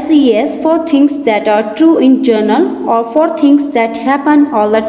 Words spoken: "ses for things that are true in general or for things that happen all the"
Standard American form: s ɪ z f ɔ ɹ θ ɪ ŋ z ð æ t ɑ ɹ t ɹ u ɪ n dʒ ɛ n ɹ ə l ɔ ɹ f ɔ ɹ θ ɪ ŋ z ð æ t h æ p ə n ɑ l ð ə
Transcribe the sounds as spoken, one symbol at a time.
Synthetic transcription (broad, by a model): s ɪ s f ɔ ɹ t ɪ ŋ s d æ t ɑ ɹ t ɹ u ɪ n dʒ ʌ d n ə l ɔ ɹ f ɔ ɹ t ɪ ŋ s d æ t h æ p ə n ɑ l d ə